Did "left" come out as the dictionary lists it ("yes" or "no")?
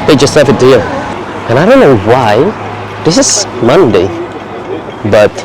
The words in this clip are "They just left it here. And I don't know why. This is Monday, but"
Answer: no